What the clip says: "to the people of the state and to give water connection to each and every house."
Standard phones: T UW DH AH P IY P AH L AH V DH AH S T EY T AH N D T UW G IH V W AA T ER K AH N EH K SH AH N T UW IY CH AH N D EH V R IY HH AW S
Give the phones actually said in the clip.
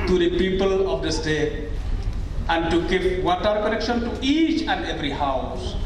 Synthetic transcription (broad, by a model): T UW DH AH P IY P AH L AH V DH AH S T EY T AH N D T UW G IH V W AA T ER K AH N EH K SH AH N T UW IY CH AH N D EH V R IY HH AW S